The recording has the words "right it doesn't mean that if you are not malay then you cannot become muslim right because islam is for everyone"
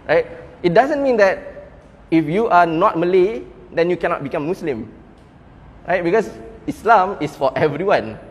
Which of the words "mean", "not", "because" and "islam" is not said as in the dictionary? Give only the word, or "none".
because